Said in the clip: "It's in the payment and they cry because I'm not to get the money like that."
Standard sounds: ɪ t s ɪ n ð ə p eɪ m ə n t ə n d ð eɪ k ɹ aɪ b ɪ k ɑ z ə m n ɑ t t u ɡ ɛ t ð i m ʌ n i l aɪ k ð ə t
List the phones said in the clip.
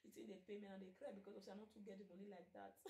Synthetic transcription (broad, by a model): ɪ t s ɪ n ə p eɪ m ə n ə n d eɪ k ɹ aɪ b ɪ k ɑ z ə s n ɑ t t u ɡ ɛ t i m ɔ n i l aɪ k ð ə t